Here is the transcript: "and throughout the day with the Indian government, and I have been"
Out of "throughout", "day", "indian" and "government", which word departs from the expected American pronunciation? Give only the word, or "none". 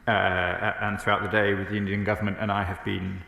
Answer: none